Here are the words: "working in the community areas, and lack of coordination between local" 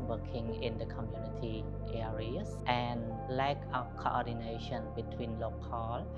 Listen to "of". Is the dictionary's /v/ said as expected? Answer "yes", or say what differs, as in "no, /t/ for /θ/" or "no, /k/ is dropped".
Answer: no, /p/ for /v/